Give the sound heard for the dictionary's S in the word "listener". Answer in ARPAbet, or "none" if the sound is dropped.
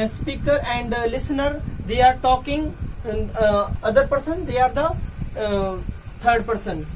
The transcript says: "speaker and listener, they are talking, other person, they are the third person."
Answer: S